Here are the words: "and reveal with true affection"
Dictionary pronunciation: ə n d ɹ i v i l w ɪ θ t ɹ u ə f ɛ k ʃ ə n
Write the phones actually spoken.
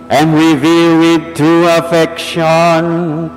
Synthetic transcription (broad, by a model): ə n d ɹ i v i l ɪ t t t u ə f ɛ k ʃ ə n